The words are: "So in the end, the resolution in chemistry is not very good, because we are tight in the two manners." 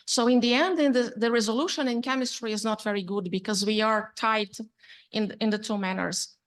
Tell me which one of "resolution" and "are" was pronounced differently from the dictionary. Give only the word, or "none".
none